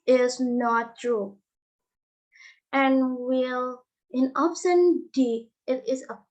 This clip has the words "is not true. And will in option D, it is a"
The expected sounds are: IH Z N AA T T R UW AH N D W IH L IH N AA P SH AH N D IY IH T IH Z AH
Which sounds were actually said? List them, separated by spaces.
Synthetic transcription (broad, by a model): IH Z N AA T T R UW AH N W IH L IH N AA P S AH N D IY IH T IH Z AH